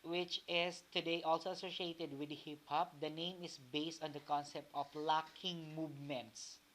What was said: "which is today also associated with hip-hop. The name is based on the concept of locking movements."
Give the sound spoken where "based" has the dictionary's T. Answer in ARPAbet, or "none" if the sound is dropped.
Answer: T